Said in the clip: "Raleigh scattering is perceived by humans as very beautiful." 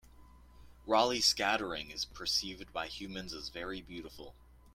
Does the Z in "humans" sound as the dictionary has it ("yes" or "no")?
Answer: yes